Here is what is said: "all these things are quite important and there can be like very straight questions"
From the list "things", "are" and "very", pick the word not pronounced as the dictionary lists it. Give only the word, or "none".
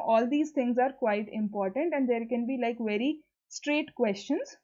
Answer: things